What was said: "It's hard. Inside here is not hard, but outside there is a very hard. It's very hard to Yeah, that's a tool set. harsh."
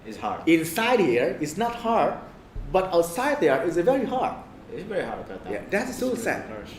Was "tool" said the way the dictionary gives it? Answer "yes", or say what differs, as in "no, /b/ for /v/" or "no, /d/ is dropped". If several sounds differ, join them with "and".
no, /s/ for /t/